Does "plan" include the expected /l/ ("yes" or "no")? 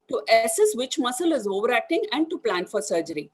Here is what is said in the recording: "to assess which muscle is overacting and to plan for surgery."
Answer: yes